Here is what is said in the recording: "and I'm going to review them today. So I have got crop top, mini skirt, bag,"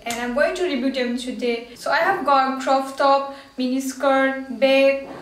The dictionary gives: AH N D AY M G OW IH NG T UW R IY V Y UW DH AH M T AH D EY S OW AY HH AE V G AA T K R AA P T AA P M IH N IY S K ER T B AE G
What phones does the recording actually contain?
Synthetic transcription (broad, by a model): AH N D AY M G OW IH NG T UW R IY B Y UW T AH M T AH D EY S OW AY HH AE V G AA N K R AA F T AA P M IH N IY S K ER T B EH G